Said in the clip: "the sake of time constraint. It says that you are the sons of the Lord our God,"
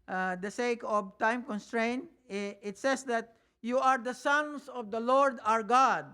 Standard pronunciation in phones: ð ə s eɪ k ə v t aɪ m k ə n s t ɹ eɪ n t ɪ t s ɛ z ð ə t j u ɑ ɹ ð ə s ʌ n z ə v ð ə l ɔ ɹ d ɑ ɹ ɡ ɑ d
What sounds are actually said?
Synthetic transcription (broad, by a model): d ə s eɪ k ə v t aɪ m k ə n s t ɹ eɪ n t ɪ t s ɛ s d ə t j u ɑ ɹ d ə s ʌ n s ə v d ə l ɔ ɹ d ɑ ɹ ɡ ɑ d